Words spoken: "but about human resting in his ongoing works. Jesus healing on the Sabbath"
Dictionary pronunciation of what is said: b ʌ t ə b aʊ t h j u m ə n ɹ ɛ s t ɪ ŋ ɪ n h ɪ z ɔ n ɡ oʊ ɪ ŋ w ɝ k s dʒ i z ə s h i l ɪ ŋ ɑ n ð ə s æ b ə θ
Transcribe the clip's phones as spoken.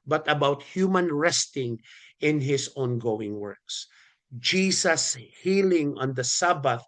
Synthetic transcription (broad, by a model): b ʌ t ə b aʊ t h j u m ə n ɹ ɛ s t ɪ ŋ ɪ n h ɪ s ɔ n ɡ oʊ ɪ ŋ w ɝ k s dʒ i s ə s h i l ɪ ŋ ɑ n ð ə s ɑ b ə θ